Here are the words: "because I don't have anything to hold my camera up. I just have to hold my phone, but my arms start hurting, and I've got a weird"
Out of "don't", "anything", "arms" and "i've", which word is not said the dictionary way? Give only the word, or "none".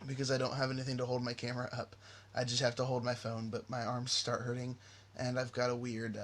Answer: none